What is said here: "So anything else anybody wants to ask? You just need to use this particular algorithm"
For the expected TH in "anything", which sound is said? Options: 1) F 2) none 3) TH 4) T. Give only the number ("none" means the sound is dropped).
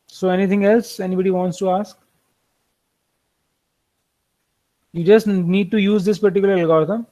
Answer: 4